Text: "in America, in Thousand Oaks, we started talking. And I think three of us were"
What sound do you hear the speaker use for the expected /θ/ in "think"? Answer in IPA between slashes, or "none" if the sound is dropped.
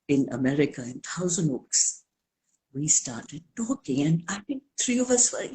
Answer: /t/